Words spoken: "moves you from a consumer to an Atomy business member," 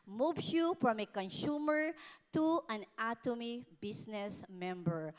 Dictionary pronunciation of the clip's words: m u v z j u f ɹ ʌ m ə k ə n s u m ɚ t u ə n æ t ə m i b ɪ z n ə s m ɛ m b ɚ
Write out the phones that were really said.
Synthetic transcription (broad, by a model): m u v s j u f ɹ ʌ m ə k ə n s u m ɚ t u ə n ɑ t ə m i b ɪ s n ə s m ɛ m b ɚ